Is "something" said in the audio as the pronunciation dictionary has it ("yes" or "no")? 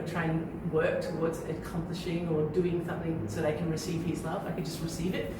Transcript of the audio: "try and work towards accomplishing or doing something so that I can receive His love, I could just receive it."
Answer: yes